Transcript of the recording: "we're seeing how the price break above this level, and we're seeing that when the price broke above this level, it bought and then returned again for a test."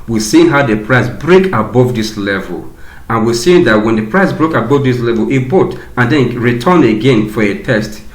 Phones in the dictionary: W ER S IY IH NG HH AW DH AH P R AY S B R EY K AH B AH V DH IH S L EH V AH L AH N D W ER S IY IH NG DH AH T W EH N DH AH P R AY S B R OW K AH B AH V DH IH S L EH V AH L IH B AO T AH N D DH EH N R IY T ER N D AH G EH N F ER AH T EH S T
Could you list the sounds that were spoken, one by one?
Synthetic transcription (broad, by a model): W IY S IY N HH AW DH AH P R AY S B R EY K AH B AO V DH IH S L EH V AH L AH N W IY S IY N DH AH T W EH N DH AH P R AY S B R OW K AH B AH V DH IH S L EH V AH L IH B AO T AH N D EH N R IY T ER N AH G EH N F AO AH T EH S T